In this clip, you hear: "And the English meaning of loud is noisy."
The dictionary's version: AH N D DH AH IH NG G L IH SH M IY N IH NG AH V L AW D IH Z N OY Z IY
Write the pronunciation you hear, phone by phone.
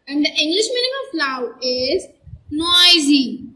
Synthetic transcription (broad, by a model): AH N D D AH IH NG G L IH SH M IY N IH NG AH F L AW IH Z N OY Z IY